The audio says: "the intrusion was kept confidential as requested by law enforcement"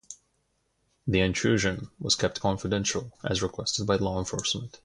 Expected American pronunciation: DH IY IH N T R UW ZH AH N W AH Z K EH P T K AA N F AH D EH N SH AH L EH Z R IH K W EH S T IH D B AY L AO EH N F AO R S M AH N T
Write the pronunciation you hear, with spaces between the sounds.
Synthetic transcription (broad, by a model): DH IY IH N T R UW ZH AH N W AH Z K EH P T K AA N F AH D EH N SH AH L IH Z R IH K W EH S T IH D B AY L AO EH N F AO R S M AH N T